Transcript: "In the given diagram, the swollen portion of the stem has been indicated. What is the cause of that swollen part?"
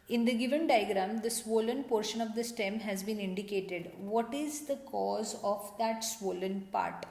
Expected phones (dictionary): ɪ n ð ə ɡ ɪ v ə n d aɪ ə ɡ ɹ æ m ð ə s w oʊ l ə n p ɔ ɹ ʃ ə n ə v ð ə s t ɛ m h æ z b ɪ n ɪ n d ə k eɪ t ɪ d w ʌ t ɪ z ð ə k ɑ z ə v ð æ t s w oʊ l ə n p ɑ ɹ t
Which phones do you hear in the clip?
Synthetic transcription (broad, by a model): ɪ n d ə ɡ ɪ v ə n d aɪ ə ɡ ɹ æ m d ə s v oʊ l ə n p ɔ ɹ ʃ ə n ə v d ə s t ɛ m h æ z b ɪ n ɪ n d ə k eɪ t ɪ d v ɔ t ɪ z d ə k ɑ z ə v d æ t s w oʊ l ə n p ɑ ɹ t